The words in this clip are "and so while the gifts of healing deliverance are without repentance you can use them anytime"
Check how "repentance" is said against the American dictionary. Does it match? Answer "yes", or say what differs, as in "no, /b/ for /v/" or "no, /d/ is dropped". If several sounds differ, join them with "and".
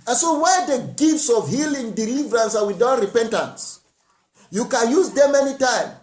yes